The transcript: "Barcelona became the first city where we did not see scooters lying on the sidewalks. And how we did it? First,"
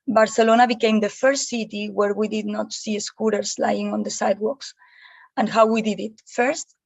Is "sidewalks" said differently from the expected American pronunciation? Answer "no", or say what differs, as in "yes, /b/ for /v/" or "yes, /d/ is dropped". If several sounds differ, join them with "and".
no